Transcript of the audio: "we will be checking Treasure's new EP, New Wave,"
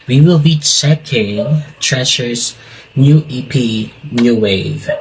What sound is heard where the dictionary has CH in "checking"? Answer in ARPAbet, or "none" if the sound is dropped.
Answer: S